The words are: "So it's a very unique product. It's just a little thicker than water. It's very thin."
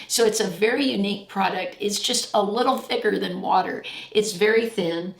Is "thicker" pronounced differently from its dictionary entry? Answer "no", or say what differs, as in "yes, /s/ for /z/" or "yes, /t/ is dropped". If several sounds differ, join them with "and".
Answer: no